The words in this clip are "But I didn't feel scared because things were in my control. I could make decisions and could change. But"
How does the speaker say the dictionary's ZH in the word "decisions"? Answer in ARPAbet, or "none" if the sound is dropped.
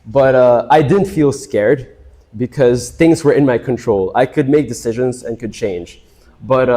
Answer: ZH